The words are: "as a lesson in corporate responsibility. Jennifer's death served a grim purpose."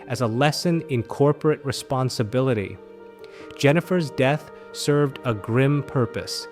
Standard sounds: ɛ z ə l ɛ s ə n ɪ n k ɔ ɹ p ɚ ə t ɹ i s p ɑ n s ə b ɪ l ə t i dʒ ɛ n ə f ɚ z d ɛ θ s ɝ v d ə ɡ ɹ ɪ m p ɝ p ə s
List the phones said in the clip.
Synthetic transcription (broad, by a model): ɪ z ə l ɛ s ə n ɪ n k ɔ ɹ p ɚ ə t ɹ i s p ɑ n s ə b ɪ l ə t i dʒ ɛ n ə f ɚ z d ɛ θ s ɝ v d ə ɡ ɹ ɪ m p ɝ p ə s